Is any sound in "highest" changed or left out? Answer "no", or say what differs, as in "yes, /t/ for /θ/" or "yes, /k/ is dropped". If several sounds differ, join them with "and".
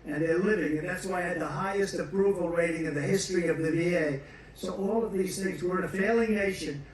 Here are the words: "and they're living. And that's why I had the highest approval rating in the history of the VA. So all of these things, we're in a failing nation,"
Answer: no